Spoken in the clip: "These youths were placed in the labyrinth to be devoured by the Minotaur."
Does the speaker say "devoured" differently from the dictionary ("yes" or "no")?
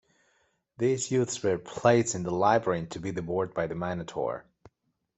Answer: yes